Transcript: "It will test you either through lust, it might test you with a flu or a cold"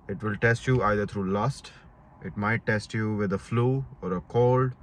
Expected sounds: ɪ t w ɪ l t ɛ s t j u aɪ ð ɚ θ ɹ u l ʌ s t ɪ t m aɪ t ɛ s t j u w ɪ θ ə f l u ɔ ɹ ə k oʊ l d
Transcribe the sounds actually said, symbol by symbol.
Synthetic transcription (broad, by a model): ɪ t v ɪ l t ɛ s t j u aɪ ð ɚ t ɹ u l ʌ s t ɪ t m aɪ t ɛ s t j u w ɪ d ə f l u ɔ ɹ ə k oʊ l d